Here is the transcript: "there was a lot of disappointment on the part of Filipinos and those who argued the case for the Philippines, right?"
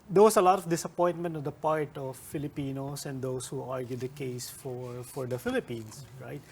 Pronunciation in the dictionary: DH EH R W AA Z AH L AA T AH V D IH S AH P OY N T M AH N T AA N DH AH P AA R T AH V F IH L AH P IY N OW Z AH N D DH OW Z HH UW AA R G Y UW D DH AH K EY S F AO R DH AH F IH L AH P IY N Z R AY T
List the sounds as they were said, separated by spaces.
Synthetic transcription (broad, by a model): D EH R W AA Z AH L AA T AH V D IH S AH P OY N T M AH N T AA N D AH P AA R T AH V F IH L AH P IY N OW S AH N D OW S HH UW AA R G Y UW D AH K EY S F AO R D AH F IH L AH P IY N S R AY T